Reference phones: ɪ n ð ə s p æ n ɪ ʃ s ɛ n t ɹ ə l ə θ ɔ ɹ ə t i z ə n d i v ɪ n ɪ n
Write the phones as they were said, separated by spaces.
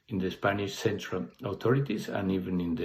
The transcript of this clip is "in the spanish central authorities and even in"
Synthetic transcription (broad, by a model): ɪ n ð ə s p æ n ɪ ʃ s ɛ n t ɹ ə l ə t ɔ ɹ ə t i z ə n i v ɪ n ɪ n